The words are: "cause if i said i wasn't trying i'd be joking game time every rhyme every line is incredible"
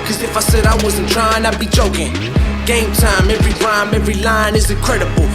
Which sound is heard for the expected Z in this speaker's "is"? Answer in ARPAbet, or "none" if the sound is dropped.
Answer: Z